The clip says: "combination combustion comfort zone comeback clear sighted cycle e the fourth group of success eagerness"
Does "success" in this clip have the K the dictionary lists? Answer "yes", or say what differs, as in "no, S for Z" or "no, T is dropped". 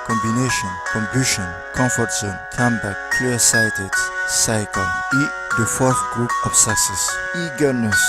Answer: no, K is dropped